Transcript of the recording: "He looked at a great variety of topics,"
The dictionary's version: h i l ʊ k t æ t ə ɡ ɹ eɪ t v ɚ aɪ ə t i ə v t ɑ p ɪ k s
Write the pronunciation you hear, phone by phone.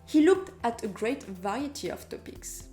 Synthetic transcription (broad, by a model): h i l ʊ k t æ t ə ɡ ɹ eɪ t v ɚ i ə t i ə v t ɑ p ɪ k s